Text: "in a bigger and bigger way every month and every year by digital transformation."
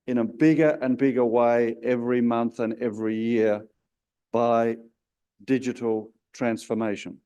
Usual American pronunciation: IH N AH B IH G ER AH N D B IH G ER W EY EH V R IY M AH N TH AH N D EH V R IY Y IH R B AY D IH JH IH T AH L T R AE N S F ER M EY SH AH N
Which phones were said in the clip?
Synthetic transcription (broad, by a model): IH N AH B IH G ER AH N B IH G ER W EY EH V R IY M AH N TH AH N EH V R IY Y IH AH B AY D IH JH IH T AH L T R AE N S F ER M EY SH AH N